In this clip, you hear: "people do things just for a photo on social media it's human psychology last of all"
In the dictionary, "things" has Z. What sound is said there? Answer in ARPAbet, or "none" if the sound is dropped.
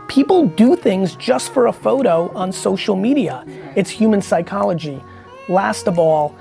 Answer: Z